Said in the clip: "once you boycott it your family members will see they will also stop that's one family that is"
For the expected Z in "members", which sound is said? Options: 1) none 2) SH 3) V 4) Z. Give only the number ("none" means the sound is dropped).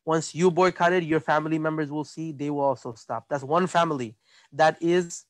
4